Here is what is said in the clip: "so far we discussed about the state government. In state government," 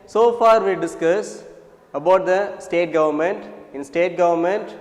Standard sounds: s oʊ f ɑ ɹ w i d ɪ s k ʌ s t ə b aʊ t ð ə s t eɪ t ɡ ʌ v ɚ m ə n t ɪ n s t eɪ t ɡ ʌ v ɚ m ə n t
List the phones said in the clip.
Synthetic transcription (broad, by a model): s oʊ f ɑ ɹ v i d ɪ s k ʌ s ə b aʊ t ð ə s t eɪ t ɡ ʌ v ɚ m ə n t ɪ n s t eɪ t ɡ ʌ v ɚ m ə n t